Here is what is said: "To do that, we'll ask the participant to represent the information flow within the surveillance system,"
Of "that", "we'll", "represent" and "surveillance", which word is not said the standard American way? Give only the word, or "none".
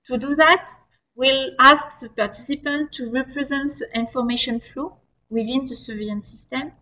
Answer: surveillance